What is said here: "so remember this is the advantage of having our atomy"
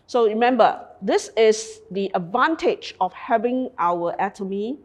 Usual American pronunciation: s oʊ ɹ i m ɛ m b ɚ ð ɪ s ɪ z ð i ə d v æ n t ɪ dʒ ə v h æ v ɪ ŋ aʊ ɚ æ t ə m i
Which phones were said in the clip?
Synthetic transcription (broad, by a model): s oʊ ɹ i m ɛ m b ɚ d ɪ s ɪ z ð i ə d v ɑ n t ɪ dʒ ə f h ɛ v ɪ ŋ aʊ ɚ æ t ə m i